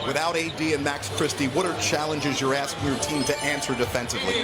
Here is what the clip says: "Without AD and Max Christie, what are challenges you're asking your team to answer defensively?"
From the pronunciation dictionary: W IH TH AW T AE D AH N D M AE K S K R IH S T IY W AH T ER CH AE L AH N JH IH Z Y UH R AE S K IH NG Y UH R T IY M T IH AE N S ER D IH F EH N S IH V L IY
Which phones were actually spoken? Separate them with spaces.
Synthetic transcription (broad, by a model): W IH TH AW T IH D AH N M AE K S K R IH S T IY W AH T ER CH AE L AH N JH IH Z Y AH R AE S K IH NG Y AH R T IY M T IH AE N S ER D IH F EH N S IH V L IY